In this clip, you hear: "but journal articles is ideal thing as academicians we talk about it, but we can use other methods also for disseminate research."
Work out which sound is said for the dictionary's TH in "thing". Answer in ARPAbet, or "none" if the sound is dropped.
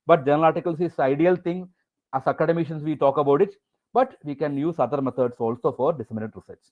T